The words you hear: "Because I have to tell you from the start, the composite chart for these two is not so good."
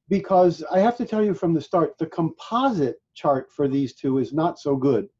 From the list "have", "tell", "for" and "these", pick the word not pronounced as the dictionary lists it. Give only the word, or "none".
have